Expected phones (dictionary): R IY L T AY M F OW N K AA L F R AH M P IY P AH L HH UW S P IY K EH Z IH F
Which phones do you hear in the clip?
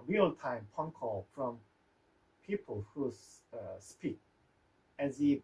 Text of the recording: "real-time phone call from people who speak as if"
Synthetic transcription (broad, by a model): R IY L T AY M P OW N K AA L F R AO M P IY P AH L HH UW S P IY K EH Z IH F